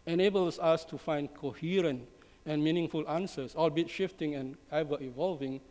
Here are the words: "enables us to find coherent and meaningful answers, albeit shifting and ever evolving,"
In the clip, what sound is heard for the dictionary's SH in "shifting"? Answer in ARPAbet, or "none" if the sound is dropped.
SH